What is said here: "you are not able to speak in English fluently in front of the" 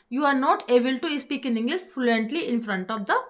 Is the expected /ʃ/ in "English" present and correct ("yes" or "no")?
no